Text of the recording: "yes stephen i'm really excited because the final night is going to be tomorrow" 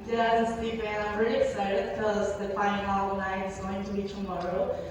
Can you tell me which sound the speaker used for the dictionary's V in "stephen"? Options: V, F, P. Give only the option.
P